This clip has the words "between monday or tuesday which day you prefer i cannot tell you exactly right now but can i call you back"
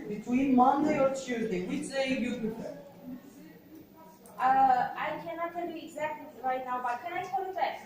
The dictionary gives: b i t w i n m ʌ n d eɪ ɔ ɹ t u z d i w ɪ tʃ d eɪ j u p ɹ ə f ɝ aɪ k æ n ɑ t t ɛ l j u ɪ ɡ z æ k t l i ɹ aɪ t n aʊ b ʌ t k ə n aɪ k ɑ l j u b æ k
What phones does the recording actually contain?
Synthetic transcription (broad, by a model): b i t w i n m ʌ n d eɪ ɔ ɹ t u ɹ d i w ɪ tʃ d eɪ j u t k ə ɝ aɪ k æ n ɑ t t ɛ l j u ɪ ɡ z æ k t l i ɹ aɪ t n aʊ b ʌ t k ə n aɪ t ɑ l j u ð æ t